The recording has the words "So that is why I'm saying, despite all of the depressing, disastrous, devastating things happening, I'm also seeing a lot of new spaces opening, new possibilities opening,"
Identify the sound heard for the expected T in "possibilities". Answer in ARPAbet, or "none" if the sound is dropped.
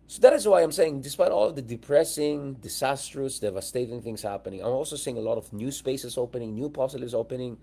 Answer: S